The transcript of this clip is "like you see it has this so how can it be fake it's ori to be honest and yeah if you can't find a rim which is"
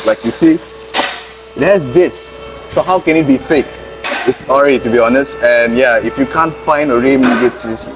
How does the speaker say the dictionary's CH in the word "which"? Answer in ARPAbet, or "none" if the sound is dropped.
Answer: S